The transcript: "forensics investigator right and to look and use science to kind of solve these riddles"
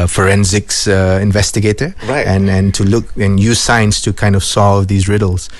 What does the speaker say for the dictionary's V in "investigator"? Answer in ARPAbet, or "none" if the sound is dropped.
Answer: V